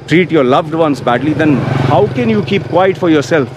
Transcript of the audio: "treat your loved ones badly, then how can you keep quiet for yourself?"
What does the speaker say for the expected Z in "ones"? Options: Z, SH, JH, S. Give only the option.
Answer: S